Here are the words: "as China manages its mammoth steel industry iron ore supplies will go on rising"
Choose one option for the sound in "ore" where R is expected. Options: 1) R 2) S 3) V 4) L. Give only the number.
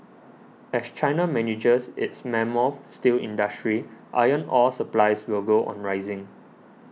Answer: 4